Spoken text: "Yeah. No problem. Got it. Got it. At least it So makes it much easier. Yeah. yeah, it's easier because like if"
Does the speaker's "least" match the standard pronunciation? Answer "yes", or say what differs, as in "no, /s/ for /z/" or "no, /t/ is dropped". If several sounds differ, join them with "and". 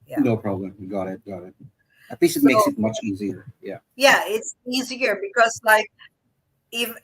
no, /t/ is dropped